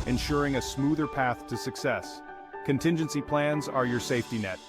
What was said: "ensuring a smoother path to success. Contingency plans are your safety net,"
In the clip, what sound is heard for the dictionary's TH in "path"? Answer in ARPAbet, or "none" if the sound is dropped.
TH